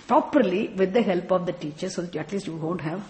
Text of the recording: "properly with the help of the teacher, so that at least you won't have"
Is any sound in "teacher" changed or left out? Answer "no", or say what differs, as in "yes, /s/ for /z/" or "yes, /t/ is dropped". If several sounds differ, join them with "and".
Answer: no